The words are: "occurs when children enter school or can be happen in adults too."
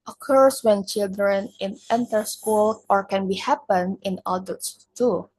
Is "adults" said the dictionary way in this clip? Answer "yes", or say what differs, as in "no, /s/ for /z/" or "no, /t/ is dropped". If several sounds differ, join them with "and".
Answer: no, /l/ is dropped